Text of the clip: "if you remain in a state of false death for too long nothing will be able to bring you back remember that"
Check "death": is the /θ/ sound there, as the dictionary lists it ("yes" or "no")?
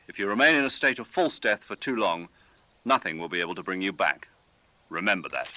yes